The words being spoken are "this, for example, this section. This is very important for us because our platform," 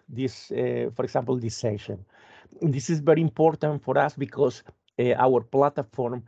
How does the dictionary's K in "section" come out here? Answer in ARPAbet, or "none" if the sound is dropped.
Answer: none